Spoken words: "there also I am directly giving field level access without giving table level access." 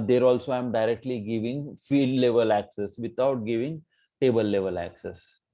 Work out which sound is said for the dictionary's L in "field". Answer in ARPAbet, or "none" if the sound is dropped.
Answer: none